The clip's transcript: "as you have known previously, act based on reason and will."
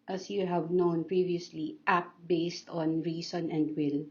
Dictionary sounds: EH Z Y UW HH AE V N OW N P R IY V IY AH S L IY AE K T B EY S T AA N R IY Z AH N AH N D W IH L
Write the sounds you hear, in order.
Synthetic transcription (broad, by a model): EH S Y UW HH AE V N OW N P R IY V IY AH S L IY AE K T B EY S T AA N R IY S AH N AH N D W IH L